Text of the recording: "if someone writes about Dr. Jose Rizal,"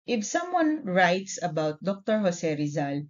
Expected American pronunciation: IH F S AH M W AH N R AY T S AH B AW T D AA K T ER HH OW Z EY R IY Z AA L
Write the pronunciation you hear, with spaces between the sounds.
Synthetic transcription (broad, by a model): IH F S AH M W AH N R AY T S AH B AW T D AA K T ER HH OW S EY R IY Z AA L